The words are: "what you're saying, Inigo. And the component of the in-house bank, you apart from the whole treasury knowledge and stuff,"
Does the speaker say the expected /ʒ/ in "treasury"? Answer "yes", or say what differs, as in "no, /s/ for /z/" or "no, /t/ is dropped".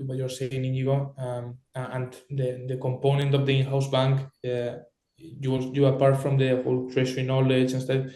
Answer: no, /ʃ/ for /ʒ/